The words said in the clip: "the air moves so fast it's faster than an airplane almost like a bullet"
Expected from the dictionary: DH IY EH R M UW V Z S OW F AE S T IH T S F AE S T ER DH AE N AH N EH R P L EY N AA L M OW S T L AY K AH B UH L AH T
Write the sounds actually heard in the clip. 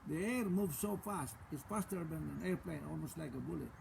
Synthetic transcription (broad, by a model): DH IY EH R M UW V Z S OW F AE S T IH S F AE S T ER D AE N AH N EH R P L EY N AA L M OW S T L AY K AH B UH L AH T